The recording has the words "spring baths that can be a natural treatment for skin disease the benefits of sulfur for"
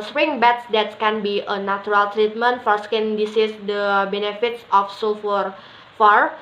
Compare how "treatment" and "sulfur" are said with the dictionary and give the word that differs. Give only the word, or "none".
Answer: sulfur